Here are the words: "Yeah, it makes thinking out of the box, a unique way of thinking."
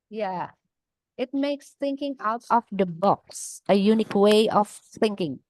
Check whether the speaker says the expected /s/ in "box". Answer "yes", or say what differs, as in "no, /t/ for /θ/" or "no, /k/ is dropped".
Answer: yes